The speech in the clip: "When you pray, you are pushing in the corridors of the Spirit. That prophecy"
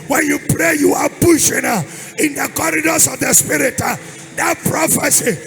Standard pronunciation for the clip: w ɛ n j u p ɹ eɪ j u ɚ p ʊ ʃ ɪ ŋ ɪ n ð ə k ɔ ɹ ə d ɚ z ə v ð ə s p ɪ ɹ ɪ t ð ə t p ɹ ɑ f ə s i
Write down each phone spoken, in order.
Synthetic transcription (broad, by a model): w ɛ n j u p ɹ eɪ j u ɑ b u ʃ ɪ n ɪ n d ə k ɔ ɹ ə d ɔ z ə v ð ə s p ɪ ɹ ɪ t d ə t p ɹ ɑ f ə s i